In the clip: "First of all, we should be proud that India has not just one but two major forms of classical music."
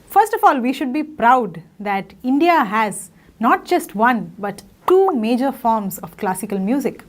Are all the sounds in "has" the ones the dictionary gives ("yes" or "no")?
yes